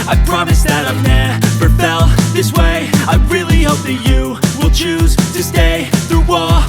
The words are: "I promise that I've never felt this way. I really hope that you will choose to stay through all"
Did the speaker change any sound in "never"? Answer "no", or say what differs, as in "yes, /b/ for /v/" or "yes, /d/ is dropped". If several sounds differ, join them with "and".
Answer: yes, /p/ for /v/